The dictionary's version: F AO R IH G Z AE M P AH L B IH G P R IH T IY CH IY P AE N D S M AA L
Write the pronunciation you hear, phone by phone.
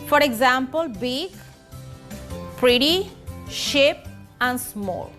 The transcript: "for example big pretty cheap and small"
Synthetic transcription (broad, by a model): F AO R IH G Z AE M P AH L B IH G P R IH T IY SH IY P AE N D S M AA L